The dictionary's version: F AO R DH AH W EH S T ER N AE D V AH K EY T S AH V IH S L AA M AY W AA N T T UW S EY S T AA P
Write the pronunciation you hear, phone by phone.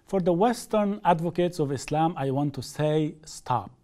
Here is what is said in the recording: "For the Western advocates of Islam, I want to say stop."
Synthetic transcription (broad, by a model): F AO R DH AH W EH S T ER N AE D V AH K EY T S AH V IH S L AA M AY W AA N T T UW S EY S T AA P